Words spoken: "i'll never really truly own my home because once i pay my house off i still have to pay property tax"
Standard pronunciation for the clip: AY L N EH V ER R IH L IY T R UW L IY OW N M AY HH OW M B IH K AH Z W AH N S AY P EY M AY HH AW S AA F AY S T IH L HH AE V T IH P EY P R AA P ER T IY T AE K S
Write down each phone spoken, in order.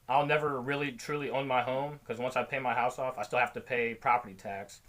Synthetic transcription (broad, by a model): AY L N EH V ER R IH L IY T R UW L IY OW N M AY HH OW M K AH Z W AH N S AY P EY M AY HH AW S AA F AY S T IH L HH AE F T IH P EY P R AA P ER T IY T AE K S